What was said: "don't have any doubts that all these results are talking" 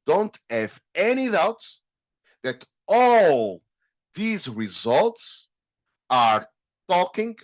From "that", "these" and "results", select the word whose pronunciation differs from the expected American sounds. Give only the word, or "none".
none